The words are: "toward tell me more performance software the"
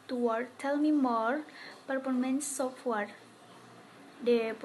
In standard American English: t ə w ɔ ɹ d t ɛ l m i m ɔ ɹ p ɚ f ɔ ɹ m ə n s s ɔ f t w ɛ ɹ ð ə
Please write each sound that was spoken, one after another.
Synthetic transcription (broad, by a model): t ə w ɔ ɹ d t ɛ l m i m ɔ ɹ p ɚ p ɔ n m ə n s s ɔ f t w ɛ ɹ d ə